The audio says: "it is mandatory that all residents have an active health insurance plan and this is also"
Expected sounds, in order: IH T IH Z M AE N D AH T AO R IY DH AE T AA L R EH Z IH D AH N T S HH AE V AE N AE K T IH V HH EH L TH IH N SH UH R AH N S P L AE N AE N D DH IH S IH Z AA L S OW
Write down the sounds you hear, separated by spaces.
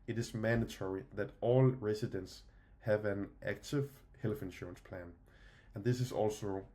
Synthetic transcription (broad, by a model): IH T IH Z M AE N D AH T AO R IY DH AE T AA L R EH S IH D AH N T S HH AE V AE N AE K T IH V HH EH L F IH N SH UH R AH N S P L AE N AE N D DH IH S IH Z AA L S OW